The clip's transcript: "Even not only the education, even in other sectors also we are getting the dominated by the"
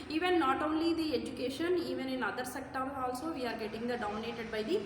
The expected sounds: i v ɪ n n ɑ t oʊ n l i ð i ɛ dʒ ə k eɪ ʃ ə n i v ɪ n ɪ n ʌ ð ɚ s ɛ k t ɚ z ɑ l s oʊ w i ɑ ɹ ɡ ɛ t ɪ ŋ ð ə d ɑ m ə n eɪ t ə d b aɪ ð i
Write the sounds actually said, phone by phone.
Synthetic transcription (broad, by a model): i v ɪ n n ɑ t oʊ n l i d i ɛ dʒ ə k eɪ ʃ ə n i v ɪ n ɪ n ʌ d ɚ s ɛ k t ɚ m ɑ l s oʊ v i ɑ ɹ ɡ ɛ t ɪ ŋ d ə d ɑ m ə n eɪ t ə d b aɪ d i